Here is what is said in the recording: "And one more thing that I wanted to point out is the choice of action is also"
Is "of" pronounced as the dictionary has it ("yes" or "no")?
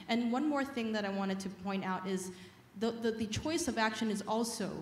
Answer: yes